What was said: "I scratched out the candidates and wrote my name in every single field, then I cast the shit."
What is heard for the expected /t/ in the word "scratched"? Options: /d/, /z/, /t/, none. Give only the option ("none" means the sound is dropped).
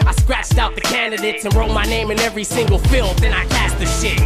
/t/